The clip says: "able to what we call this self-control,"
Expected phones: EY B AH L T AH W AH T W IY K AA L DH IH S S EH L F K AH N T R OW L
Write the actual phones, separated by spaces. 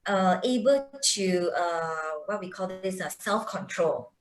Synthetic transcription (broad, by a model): EY B AH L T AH W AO T W IY K AA L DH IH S S EH L F K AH N T R OW L